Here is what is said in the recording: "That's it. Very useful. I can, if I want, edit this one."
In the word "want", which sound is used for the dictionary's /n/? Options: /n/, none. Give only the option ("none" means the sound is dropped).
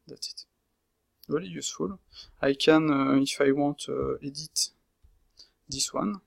none